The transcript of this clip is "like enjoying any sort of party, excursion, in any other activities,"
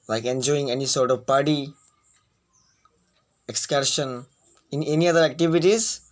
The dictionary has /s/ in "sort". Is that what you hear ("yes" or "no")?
yes